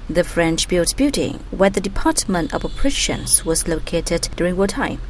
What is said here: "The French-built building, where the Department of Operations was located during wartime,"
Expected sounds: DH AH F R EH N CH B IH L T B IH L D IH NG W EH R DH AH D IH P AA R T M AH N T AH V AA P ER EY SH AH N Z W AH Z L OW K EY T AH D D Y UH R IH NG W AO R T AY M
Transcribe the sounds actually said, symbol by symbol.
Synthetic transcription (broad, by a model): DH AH F R EH N CH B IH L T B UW D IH NG W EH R DH AH D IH P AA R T M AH N T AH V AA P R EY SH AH N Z W AH Z L OW K EY T AH D D Y UH R IH NG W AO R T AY